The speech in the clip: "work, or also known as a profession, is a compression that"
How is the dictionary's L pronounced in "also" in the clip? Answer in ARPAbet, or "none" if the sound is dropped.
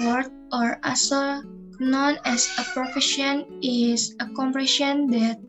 none